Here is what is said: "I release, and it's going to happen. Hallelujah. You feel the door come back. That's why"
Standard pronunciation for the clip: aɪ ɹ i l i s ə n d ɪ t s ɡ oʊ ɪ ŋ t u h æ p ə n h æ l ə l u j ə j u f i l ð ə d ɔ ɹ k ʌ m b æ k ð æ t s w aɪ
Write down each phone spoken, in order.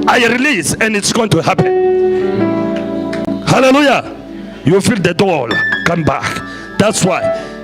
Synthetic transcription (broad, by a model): aɪ ɹ i l i s ə n d ɪ t s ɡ oʊ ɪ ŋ t u h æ p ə n h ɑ l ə l u j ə j u f i l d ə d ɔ l k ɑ m b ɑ k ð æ t s w aɪ